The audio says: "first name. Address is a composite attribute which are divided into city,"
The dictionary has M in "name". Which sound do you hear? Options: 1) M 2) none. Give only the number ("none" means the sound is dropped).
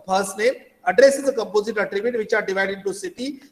2